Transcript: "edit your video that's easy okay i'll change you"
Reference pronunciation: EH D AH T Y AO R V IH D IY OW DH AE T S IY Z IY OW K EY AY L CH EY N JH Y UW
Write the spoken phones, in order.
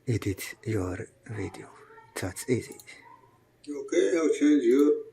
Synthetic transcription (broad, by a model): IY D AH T Y AO R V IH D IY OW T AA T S IY Z IY OW K EY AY W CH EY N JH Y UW